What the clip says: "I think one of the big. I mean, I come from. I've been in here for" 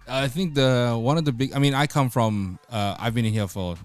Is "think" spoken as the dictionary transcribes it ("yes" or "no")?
yes